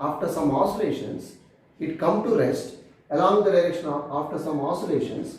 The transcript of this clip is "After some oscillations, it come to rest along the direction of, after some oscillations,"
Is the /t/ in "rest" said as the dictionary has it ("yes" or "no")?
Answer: yes